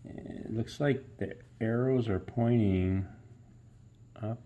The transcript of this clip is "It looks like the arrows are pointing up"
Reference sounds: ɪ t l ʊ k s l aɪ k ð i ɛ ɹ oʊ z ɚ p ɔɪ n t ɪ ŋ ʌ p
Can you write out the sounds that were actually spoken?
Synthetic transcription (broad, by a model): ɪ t l ʊ k s l aɪ k ð i ɛ ɹ oʊ z ɚ p ɔɪ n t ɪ ŋ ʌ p